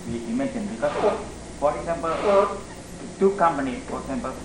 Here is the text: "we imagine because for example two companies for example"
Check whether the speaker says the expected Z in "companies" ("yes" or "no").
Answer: no